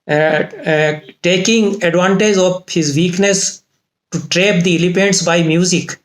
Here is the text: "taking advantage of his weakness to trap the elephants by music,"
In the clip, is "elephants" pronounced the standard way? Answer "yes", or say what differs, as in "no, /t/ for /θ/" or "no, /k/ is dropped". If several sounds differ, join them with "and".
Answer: no, /p/ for /f/